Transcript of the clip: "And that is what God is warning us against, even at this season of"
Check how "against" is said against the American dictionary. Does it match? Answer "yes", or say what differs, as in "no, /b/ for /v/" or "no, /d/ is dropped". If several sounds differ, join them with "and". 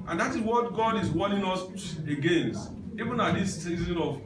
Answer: no, /t/ is dropped